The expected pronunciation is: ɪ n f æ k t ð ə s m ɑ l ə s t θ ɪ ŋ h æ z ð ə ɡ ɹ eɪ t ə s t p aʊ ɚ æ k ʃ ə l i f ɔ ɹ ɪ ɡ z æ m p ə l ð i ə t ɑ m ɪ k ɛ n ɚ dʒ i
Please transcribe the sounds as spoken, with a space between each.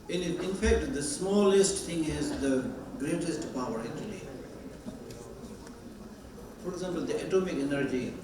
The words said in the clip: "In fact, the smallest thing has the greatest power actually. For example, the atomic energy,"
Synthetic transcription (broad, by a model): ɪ n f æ k t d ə s m ɑ l ə s t t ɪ ŋ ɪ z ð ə ɡ ɹ eɪ t ə s t p aʊ ɚ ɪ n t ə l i f ɔ ɹ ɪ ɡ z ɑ m p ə l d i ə t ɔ m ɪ k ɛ n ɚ dʒ i